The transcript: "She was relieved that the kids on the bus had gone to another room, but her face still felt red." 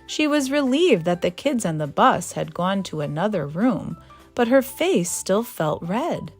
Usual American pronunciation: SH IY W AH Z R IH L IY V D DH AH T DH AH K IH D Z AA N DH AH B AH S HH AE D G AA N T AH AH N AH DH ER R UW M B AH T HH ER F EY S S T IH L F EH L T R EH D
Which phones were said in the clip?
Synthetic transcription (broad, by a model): SH IY W AH Z R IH L IY V DH AH T DH AH K IH D Z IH N DH AH B AH S HH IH D G AA N T AH AH N AH DH ER R UW M B AH T HH ER F EY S S T IH L F EH L T R EH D